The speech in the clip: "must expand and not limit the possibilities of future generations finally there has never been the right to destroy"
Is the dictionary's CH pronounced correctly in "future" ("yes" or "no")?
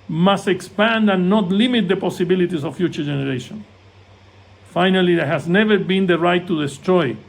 yes